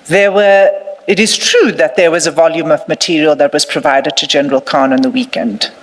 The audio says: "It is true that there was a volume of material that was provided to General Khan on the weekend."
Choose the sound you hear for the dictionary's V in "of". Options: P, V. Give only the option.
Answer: V